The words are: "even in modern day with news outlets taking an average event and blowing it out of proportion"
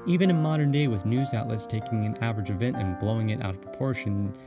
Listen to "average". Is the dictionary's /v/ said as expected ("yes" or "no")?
yes